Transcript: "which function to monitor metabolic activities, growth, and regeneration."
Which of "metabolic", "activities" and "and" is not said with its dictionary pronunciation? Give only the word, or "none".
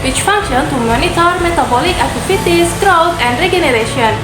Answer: activities